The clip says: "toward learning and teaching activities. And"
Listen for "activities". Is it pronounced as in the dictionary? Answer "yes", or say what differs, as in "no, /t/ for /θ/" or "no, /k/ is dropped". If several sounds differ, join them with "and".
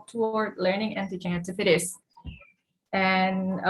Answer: no, /k/ is dropped and /s/ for /z/